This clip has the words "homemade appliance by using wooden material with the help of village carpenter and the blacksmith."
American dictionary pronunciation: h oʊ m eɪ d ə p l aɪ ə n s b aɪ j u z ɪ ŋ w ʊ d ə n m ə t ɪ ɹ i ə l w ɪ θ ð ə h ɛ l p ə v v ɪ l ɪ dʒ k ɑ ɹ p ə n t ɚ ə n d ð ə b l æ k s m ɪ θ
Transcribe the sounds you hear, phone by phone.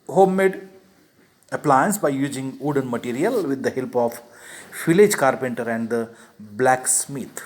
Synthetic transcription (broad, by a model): h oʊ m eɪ d ə p l aɪ ə n s b aɪ j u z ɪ ŋ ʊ d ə n m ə t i ɹ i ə l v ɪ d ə h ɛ l p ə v f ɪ l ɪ dʒ k ɑ ɹ p ə n t ɚ ə n d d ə b l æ k s m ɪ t